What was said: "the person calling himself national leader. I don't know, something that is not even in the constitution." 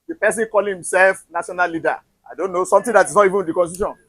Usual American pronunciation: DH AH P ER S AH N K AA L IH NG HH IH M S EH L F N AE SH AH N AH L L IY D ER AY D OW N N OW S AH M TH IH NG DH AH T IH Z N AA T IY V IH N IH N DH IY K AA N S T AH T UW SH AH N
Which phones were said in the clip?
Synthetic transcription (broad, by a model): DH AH P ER S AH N K AA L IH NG HH IH M S EH L F N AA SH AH N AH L L IY D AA AY D OW N N OW S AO M T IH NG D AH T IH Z N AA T IY V IH N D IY K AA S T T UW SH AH N